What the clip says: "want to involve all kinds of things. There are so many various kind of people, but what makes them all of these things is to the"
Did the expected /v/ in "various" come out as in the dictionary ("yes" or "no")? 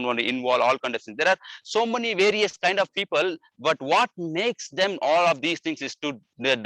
yes